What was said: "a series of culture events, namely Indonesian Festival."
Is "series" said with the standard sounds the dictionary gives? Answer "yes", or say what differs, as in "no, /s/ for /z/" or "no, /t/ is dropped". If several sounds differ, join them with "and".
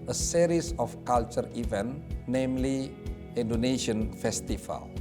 no, /s/ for /z/